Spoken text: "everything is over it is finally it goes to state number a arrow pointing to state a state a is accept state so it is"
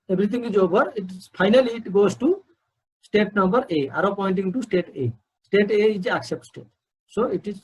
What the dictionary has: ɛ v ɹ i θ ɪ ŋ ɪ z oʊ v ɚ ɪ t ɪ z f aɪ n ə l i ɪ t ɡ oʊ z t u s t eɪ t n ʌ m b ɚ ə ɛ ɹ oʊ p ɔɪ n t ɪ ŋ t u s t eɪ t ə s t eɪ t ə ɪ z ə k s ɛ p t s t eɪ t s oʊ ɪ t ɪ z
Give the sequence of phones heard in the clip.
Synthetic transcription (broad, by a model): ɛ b ɹ i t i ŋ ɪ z oʊ b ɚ ɪ t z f aɪ n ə l i t ɡ oʊ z t u s t eɪ t n ʌ m b ɚ ə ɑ ɹ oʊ p ɔɪ n t ɪ ŋ t u s t eɪ t ə s t eɪ t ə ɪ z ə k s ɛ p t s t eɪ t s oʊ ɪ t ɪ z